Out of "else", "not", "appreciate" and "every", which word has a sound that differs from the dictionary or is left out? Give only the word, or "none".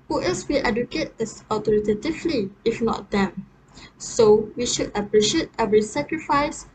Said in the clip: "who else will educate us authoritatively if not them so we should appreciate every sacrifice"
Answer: else